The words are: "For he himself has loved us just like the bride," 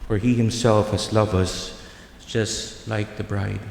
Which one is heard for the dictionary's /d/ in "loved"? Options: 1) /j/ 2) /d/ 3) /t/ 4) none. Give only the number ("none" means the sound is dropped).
4